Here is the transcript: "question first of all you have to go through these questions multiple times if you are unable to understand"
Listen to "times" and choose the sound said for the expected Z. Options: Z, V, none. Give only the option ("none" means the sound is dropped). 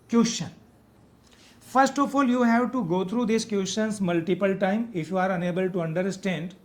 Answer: none